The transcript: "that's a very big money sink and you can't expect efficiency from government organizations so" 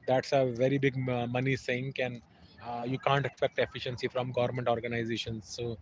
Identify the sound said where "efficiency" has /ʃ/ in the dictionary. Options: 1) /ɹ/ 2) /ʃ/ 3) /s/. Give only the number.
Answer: 2